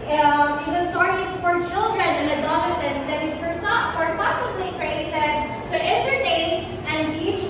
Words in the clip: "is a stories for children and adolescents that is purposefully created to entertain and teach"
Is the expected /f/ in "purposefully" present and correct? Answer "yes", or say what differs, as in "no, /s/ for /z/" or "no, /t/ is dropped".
no, /f/ is dropped